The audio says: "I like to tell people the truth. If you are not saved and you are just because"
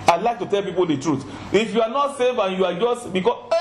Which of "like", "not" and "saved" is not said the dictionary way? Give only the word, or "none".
saved